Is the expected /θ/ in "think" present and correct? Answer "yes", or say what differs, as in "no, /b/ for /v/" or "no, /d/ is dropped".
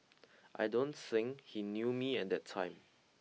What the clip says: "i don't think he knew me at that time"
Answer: no, /s/ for /θ/